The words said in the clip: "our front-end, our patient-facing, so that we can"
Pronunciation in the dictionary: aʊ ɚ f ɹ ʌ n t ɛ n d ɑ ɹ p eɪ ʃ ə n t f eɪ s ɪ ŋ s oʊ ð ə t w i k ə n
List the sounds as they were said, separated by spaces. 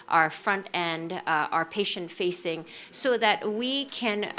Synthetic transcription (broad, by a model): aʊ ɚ f ɹ ʌ n t ɛ n d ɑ ɹ p eɪ ʃ ə n t f eɪ s ɪ ŋ s oʊ ð ə t w i k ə n